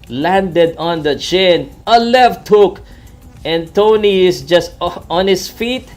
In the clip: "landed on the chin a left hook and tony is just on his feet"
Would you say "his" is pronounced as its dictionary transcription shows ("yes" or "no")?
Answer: no